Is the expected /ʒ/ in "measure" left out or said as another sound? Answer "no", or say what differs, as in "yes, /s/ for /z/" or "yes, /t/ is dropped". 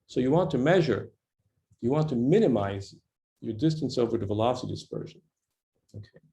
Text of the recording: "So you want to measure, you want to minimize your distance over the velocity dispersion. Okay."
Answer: no